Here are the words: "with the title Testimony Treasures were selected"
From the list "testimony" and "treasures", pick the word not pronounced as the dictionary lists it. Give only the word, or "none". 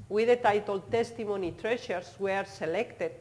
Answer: treasures